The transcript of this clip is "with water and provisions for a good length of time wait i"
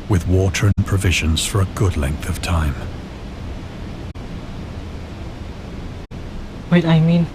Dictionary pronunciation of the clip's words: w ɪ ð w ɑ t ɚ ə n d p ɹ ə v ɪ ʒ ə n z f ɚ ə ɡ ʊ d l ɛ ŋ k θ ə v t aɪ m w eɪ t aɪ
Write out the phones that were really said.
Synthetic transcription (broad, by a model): w ɪ ð w ɑ t ɚ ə n p ɹ ə v ɪ ʒ ə n z f ɚ ə ɡ ʊ d l ɛ ŋ k θ ə v t aɪ m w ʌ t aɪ